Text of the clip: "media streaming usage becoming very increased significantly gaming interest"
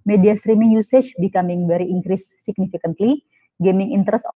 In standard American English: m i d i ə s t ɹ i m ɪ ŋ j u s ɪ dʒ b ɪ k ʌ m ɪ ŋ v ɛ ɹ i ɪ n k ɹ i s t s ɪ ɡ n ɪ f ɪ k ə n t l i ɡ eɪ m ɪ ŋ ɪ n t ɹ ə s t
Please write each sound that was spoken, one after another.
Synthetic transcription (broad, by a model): m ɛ d i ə s t ɹ i m ɪ ŋ j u s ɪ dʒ b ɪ k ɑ m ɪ ŋ b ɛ ɹ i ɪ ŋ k ɹ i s s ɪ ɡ n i f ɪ k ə n t l i ɡ eɪ m ɪ ŋ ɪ n t ɹ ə s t